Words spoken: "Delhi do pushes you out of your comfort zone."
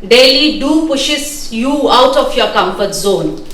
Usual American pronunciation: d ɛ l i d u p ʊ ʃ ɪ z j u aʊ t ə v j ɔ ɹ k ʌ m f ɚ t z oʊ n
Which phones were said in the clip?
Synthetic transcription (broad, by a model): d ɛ l i d u p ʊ ʃ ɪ s j u aʊ t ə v j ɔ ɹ k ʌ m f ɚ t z oʊ n